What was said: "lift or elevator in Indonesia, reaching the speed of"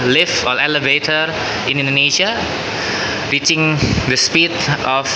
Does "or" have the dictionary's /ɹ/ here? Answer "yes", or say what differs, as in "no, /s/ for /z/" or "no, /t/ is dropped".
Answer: no, /l/ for /ɹ/